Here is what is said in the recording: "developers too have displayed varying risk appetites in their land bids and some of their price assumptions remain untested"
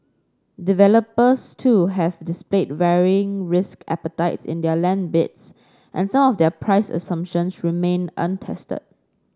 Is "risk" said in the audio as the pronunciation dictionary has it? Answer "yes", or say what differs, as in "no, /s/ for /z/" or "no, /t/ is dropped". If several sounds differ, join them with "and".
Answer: yes